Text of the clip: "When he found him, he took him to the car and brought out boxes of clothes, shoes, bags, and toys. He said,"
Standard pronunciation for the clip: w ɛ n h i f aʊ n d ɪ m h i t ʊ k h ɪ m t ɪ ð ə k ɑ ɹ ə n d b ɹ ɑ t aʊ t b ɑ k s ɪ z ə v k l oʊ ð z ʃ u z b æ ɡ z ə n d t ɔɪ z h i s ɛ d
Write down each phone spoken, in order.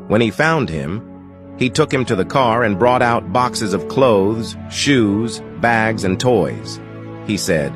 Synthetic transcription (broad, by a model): w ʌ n i f aʊ n d ɪ m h i t ʊ k h ɪ m t ɪ ð ə k ɑ ɹ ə n b ɹ ɑ t aʊ t b ɑ k s ɪ z ə v k l oʊ ð z ʃ u z b æ ɡ z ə n t ɔɪ z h i s ɛ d